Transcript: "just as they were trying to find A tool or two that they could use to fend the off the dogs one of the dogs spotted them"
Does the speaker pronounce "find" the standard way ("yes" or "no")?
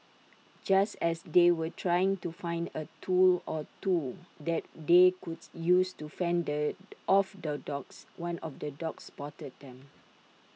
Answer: yes